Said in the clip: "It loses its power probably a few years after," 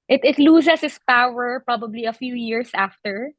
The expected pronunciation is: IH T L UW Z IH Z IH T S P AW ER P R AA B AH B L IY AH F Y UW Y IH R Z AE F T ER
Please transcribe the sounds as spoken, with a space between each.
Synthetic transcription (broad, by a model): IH T L UW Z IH S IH S P AW ER P R AA B AH B L IY AH F Y UW Y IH R S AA F T ER